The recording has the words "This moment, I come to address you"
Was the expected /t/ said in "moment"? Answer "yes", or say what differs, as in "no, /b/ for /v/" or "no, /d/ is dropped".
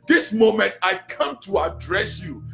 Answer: yes